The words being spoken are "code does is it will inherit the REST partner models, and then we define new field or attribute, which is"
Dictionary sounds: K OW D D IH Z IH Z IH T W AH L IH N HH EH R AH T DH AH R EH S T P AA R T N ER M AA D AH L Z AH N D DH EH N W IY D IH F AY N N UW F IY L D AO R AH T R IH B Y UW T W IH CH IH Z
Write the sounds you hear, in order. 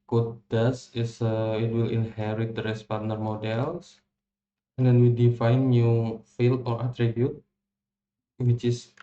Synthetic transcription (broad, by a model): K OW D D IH S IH S IH T W AH L IH N HH EH R AH T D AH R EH S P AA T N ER M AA D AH L S AH N D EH N W IY D IH F AY N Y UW F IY L AO R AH T R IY B Y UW T W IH CH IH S